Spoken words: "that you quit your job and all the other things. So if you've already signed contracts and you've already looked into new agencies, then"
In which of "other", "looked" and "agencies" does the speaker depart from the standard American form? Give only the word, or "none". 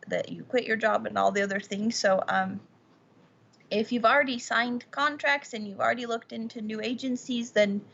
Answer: none